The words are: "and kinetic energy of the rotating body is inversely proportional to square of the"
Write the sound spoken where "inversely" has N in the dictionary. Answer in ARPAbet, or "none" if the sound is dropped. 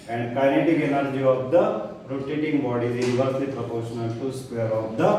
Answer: none